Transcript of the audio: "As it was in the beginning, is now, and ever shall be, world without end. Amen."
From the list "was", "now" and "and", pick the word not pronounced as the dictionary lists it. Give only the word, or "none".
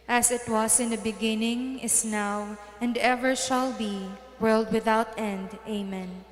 was